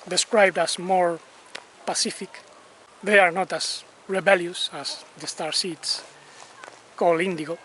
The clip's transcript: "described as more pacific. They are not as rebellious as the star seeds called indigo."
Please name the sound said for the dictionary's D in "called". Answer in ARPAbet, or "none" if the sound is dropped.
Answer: none